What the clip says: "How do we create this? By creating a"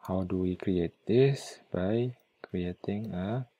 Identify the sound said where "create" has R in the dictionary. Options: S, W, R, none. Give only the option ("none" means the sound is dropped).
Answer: R